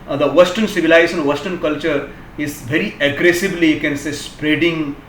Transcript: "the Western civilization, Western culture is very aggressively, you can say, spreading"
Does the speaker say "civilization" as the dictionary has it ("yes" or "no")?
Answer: no